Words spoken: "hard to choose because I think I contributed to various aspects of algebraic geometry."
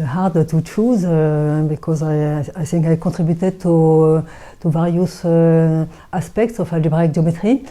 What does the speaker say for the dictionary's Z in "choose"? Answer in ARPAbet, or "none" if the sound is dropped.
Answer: Z